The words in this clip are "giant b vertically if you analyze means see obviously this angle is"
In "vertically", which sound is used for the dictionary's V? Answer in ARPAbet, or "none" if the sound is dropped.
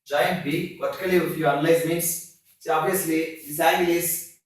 P